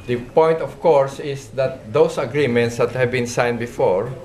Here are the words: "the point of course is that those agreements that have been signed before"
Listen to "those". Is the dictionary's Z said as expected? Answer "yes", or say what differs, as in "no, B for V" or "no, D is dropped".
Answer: no, S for Z